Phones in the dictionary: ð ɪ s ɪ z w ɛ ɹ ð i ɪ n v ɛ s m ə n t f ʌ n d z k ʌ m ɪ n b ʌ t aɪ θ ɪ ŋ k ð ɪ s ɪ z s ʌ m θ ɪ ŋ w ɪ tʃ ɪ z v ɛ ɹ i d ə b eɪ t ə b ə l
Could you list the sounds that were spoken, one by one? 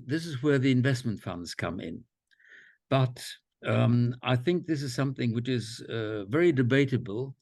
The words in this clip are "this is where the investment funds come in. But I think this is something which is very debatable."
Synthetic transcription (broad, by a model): ð ɪ s ɪ z w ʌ ɹ ð i ɪ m v ɛ s m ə n t f ʌ n d z k ʌ m ɪ n b ʌ t aɪ θ ɪ ŋ k ð ɪ s ɪ z s ʌ m θ ɪ ŋ w ɪ tʃ ɪ z v ɛ ɹ i d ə b eɪ t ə b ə l